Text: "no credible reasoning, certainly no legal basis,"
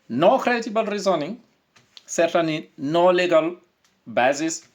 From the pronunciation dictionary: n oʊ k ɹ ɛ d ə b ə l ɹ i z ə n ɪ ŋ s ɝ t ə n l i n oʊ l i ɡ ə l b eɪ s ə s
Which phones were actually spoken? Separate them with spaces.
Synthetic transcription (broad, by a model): n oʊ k ɹ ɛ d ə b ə l ɹ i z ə n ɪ ŋ s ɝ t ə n i n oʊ l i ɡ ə l b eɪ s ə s